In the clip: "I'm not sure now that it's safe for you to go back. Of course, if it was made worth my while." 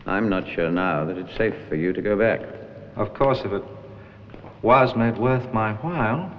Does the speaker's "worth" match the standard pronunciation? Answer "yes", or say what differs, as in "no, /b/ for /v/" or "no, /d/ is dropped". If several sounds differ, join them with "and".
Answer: yes